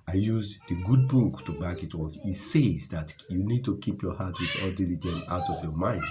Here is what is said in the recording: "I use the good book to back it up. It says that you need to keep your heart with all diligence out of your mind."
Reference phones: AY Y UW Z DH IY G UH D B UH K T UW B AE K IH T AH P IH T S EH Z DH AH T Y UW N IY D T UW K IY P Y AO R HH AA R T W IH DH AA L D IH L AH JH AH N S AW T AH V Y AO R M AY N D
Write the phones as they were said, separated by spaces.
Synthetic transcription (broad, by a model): AY Y UW Z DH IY G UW D B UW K T UW B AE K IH T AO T IH T S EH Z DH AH T Y UW N IY D T UW K IY P Y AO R HH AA T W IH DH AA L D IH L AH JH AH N AW T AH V Y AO M AY N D